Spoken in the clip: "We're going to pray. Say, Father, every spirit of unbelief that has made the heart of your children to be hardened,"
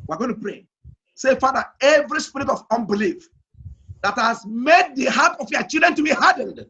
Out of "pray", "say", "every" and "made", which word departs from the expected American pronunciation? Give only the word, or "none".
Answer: none